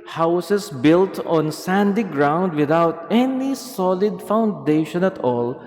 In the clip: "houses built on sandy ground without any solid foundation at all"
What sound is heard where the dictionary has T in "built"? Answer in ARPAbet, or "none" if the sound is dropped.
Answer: T